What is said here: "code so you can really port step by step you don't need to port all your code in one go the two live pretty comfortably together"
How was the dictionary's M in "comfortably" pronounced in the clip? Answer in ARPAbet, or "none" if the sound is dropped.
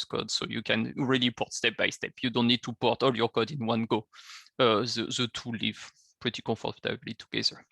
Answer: none